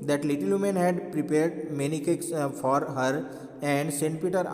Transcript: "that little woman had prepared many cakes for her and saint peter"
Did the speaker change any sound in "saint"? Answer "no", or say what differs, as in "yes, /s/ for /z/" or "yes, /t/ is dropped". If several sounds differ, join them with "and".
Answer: no